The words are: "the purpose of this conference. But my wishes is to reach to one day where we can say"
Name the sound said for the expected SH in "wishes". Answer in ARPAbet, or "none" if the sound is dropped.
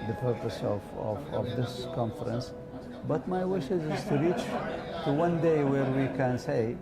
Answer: SH